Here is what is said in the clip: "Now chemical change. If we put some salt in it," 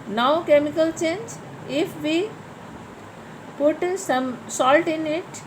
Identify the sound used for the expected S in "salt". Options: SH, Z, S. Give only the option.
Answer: S